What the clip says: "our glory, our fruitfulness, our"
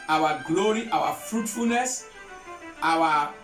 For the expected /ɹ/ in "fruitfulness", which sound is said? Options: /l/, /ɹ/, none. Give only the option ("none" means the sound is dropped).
/ɹ/